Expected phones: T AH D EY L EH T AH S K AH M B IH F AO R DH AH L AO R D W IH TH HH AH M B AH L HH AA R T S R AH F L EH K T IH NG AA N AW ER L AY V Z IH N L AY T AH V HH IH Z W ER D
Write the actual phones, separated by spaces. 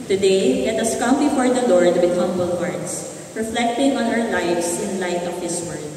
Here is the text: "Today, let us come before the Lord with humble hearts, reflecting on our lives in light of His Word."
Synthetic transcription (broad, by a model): T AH D EY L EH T AH S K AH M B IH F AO R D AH L AO R D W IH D HH AH M B AH L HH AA R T S R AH F L EH K T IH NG AA N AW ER L AY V S IH N L AY T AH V HH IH S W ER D